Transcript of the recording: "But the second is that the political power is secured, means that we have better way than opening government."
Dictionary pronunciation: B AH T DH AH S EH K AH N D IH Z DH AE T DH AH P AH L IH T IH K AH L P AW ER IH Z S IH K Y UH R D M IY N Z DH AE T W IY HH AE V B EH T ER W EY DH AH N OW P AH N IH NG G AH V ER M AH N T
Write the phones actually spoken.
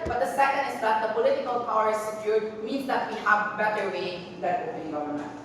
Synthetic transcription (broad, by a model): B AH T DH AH S EH K AH N D IH Z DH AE T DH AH P AH L IH T IH K AH L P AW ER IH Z S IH K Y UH R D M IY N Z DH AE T W IY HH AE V B EH T ER W EY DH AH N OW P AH L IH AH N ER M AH